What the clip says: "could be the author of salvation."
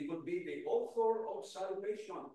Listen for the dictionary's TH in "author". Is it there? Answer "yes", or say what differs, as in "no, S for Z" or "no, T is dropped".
no, F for TH